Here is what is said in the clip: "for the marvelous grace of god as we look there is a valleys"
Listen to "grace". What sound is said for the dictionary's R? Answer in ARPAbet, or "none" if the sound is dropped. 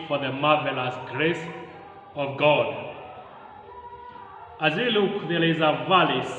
R